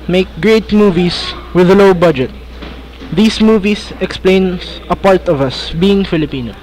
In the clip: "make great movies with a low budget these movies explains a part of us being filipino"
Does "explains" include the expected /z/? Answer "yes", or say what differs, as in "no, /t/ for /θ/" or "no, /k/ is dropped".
no, /z/ is dropped